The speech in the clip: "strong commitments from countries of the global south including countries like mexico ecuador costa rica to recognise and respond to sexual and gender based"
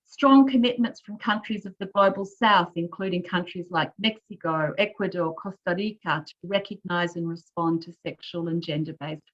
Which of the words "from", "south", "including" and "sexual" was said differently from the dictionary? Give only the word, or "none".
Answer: none